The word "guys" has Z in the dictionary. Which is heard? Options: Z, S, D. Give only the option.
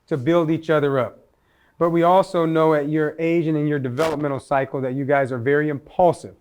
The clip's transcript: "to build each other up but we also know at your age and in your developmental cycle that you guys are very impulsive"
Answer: Z